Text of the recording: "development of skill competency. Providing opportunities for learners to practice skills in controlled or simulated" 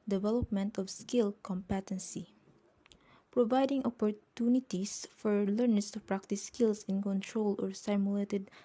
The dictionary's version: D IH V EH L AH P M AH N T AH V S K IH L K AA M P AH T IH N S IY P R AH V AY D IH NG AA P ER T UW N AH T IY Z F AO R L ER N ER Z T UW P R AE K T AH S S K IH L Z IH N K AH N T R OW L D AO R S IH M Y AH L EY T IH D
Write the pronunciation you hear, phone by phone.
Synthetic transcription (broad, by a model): D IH V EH L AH P M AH N T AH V S K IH L K AA M P AH T IH N S IY P R AH V AY D IH NG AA P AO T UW N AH T IY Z F AO R L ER N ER S T UW P R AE K T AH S S K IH L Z IH N K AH N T R OW L AO R S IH M Y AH L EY T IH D